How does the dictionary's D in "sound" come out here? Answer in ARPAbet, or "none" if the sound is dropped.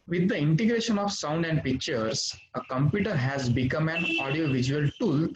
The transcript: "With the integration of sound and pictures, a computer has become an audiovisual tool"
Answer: D